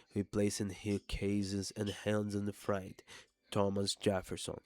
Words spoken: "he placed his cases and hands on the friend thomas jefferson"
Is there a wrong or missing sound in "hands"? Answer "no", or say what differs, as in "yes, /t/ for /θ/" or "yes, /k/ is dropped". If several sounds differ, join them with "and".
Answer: no